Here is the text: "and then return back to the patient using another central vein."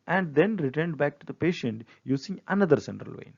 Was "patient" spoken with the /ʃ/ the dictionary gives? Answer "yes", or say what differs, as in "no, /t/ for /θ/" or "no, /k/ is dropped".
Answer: yes